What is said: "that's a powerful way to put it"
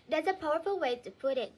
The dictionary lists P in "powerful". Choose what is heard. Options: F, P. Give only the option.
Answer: P